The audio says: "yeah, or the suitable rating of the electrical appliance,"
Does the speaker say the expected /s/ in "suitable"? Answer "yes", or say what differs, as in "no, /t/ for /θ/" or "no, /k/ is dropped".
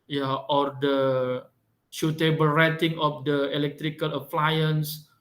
no, /ʃ/ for /s/